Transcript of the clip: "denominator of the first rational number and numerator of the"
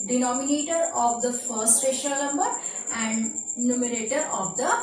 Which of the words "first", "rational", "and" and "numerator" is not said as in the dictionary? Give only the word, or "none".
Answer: rational